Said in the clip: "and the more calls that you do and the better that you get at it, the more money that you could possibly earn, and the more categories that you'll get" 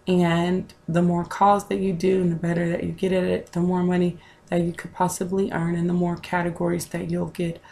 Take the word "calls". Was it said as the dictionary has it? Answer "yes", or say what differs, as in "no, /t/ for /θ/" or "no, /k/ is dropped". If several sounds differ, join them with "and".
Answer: no, /l/ is dropped